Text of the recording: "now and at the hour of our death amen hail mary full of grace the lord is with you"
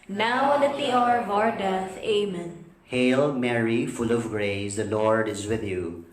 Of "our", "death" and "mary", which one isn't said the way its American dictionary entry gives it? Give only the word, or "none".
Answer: death